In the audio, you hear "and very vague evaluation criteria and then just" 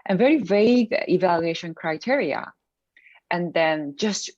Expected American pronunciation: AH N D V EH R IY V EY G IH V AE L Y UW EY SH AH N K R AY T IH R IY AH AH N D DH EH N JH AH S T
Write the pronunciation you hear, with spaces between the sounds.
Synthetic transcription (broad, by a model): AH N V EH R IY V EY G IH V AE L Y UW EY SH AH N K R AY T IH R IY AH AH N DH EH N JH AH S T